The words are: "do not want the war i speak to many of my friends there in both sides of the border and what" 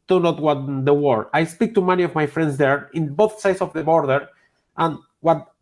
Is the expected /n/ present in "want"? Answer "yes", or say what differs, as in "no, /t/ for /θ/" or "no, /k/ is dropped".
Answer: no, /n/ is dropped